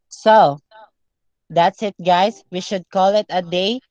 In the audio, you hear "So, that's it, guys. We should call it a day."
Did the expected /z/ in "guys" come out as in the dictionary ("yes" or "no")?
no